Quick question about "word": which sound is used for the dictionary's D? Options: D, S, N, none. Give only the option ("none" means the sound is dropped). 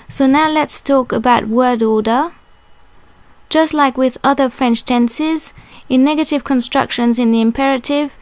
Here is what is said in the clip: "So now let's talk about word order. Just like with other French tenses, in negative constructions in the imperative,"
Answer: D